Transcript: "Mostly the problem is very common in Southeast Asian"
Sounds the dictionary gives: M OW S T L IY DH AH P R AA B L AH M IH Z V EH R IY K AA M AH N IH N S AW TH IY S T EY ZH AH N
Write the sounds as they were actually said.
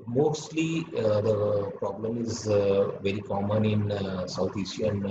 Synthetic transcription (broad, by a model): M OW S T L IY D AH P R AA B L AH M IH Z V EH R IY K AA M AH N IH N S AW T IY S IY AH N